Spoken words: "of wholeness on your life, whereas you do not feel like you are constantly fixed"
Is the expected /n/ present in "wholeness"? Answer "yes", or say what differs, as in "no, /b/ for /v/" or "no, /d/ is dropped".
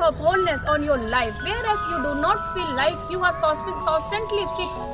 yes